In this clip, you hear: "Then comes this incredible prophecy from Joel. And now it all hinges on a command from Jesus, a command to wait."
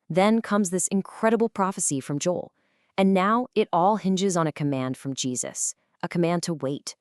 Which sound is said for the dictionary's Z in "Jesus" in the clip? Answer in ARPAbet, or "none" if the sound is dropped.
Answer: Z